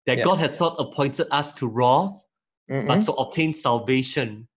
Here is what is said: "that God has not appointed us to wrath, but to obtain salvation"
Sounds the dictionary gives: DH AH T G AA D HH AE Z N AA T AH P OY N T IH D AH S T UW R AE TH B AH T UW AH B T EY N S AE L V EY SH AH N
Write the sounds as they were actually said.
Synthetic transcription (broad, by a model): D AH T G AA D HH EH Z N AA T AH P OY N T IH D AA S T UW R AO F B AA T UW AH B T EY N S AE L V EY SH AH N